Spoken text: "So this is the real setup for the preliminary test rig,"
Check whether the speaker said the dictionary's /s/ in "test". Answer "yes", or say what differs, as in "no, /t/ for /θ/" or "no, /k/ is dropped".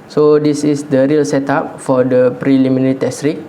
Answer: yes